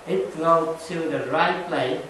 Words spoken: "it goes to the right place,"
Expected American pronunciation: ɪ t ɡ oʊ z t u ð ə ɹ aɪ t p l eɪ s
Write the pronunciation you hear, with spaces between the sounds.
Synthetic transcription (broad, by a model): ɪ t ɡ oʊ t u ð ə ɹ aɪ t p l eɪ